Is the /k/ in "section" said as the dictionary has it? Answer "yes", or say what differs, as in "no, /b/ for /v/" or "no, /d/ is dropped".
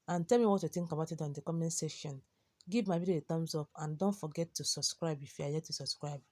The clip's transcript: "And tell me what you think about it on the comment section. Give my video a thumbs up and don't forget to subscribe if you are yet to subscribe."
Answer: no, /k/ is dropped